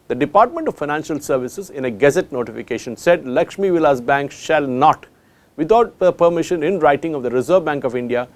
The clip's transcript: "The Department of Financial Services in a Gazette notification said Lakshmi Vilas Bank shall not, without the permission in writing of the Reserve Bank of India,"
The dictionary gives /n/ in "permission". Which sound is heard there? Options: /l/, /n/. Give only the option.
/n/